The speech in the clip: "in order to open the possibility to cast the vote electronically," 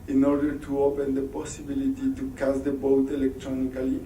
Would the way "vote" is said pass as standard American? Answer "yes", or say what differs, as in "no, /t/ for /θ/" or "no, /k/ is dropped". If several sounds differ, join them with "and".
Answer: no, /b/ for /v/